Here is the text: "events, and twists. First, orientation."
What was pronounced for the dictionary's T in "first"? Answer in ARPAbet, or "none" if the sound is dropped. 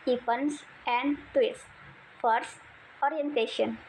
T